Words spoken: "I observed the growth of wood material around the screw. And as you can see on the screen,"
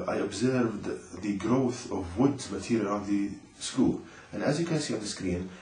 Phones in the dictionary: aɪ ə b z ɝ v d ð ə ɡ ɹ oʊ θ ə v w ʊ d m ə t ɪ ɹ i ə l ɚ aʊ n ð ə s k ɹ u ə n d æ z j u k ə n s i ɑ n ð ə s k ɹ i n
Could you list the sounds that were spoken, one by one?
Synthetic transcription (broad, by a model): aɪ ə b z ɝ v d ð ə ɡ ɹ oʊ θ ə v w ʊ d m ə t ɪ ɹ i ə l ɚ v ð ə s k u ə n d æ z j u k ə n s i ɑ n ð ə s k ɹ i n